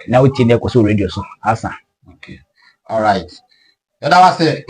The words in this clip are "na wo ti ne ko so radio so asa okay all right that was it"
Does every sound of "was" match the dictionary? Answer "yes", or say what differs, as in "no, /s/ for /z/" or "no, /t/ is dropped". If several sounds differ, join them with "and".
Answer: no, /s/ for /z/